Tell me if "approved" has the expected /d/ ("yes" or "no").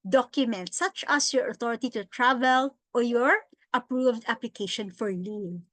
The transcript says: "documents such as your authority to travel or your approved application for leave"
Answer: yes